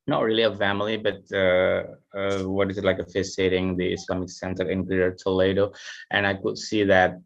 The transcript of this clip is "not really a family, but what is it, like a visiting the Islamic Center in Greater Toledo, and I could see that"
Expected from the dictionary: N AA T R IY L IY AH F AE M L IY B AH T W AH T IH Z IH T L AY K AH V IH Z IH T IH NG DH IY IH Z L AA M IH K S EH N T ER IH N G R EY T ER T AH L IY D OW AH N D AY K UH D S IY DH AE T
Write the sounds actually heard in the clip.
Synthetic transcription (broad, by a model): N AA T R IY L IY AH F AE M L IY B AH T W AH T IH Z IH T L AY K AH F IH S IH T IH NG DH IY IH S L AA M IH K S EH N T ER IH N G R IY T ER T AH L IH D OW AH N AY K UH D S IY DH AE T